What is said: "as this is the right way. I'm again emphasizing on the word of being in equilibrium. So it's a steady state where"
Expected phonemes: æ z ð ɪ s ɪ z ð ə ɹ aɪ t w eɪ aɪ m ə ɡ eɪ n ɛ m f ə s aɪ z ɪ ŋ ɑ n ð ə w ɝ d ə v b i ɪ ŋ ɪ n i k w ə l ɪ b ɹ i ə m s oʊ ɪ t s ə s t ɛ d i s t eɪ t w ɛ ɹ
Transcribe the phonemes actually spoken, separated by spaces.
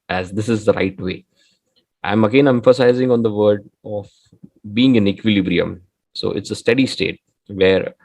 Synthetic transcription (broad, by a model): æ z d ɪ s ɪ z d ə ɹ aɪ t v eɪ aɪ m ə ɡ eɪ n ɛ m f ə s aɪ z ɪ ŋ ɑ n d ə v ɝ d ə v b i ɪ ŋ ɪ n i k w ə l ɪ b ɹ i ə m s oʊ ɪ t s ə s t ɛ d i s t eɪ t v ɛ ɹ